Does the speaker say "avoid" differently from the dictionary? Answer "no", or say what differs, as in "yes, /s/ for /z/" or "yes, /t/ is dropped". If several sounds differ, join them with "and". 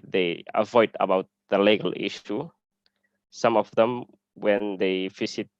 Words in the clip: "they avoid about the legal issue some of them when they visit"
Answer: no